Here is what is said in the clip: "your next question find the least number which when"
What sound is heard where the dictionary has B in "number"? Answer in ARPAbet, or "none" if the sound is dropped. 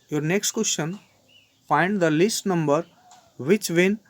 B